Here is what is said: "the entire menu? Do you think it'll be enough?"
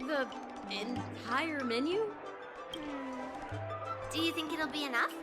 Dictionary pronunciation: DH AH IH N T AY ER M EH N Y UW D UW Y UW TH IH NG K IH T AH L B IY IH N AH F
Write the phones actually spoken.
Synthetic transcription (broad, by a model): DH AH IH N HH AY ER M EH N Y UW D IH Y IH TH IH NG K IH T L B IY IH N AH F